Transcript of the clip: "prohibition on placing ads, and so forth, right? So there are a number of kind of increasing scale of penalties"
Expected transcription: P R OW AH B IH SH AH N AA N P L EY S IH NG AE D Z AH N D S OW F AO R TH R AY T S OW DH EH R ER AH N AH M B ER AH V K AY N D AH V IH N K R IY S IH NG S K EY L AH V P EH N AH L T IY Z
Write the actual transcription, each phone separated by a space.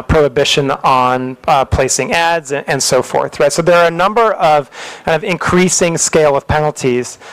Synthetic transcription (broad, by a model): P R OW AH B IH SH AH N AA N P L EY S IH NG AE D Z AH N S OW F AO R TH R AY T S OW DH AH R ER AH N AH M B ER AH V K AY N D AH V IH N K R IY S IH NG S K EY L AH V P EH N L T IY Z